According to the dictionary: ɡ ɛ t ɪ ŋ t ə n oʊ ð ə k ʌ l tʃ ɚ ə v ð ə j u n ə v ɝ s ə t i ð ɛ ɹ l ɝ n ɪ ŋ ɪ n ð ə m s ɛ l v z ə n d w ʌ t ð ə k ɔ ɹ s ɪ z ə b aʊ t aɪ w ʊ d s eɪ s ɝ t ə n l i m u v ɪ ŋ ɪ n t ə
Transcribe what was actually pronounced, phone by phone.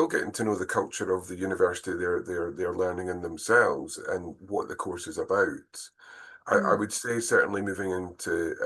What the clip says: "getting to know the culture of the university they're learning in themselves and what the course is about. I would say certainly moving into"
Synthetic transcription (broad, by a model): ɡ ɛ t ɪ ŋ t ə n oʊ ð ə k ʌ l tʃ ɚ ə v ð ə j u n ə v ɝ s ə t i ð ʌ ɹ l ɝ n ɪ ŋ ɪ n ð ə m s ɛ l v z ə n w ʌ t ð ə k ɔ ɹ s ɪ z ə b aʊ t aɪ w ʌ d s eɪ s ɝ t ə n l i m u v ɪ ŋ ɪ n t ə